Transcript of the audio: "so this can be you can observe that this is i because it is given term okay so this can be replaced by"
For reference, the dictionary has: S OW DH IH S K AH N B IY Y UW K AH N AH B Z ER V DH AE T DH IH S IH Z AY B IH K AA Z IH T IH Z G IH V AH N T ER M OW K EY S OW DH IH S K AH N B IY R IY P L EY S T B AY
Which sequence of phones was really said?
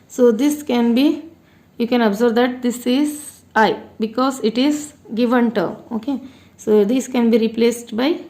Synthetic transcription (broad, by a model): S OW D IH S K AH N B IY Y UW K AH N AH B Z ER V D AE T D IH S IH Z AY B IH K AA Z IH T IH Z G IH V AH N T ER OW K EY S OW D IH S K AH N B IY R IY P L EY S T B AY